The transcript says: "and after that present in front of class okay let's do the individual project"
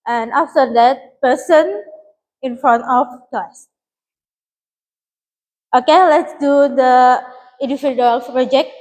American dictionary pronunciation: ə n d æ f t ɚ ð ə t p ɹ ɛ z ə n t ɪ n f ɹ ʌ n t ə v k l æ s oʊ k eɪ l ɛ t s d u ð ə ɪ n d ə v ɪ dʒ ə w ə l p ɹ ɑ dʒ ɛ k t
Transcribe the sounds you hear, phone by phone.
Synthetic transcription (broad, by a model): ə n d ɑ f t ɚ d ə t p ɛ s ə n ɪ n f ɹ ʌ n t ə f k ɑ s oʊ k eɪ l ɛ t s d u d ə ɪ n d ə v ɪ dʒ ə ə l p ɹ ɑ dʒ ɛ k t